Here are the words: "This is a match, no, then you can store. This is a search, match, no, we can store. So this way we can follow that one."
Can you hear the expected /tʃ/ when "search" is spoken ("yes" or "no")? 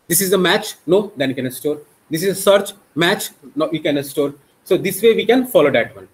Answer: yes